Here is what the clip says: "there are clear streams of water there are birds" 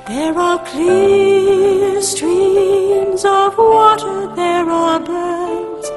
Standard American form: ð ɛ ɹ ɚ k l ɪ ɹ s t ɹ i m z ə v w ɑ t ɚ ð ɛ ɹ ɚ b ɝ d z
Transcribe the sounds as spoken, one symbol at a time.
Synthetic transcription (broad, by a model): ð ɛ ɹ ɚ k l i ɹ s t ɹ i m z ə v w ɑ t ɚ ð ɛ ɹ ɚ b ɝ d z